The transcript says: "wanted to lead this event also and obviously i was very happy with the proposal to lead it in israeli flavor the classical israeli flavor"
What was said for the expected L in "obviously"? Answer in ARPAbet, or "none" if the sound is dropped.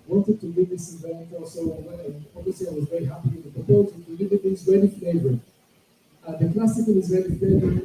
none